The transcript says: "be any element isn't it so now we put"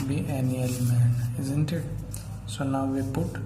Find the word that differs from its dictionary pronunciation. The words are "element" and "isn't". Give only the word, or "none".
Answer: element